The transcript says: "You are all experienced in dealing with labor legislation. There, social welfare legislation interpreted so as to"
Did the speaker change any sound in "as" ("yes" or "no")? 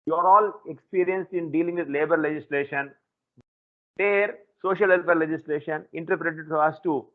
yes